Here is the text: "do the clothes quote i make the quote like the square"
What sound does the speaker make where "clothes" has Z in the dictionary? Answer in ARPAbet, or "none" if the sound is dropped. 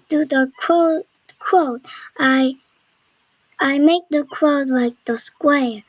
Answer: none